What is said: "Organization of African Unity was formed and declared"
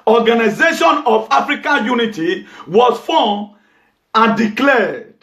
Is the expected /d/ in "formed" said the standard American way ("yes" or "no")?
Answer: no